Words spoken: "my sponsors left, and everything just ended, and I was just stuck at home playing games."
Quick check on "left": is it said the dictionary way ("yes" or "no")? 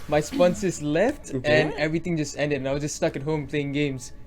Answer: yes